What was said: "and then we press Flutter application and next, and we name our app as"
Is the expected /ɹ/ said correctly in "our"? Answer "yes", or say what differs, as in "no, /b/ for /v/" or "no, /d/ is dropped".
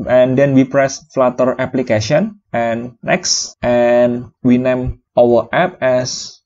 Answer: no, /w/ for /ɹ/